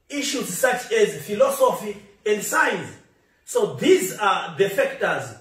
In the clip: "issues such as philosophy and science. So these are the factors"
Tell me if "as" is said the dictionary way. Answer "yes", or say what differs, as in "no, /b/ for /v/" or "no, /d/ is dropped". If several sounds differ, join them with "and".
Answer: yes